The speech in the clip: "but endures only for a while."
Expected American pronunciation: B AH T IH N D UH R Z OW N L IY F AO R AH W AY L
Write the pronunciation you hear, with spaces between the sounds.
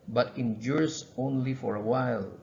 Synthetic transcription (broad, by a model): B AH T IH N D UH R S OW N L IY F AO R AH W AY L